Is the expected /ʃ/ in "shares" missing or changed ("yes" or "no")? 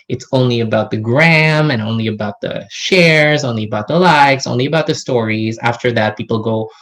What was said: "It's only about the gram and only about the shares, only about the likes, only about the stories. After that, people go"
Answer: no